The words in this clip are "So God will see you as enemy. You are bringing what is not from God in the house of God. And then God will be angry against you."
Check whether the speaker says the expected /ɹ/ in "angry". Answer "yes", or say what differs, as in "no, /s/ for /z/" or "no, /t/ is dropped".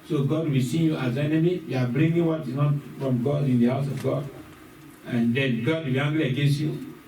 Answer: no, /l/ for /ɹ/